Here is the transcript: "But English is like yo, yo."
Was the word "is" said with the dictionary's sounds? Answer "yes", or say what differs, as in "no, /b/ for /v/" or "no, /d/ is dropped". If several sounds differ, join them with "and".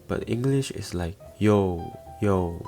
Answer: no, /s/ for /z/